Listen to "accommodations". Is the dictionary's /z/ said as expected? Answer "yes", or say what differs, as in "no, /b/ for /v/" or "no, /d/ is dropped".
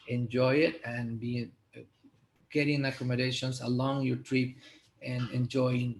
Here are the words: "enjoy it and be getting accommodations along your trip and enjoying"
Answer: no, /s/ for /z/